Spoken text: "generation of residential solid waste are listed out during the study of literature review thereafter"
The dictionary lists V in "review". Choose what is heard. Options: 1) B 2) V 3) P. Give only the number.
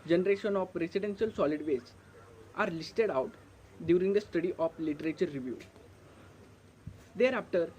2